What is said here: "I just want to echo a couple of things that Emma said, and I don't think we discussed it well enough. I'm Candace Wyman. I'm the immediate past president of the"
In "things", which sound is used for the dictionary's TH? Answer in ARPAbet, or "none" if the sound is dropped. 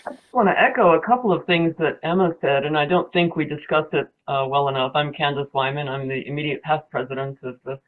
TH